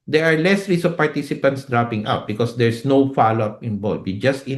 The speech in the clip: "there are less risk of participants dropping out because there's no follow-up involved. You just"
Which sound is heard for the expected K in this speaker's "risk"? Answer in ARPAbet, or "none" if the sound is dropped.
none